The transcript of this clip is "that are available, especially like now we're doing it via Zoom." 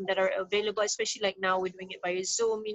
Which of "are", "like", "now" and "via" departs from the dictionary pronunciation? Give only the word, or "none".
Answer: via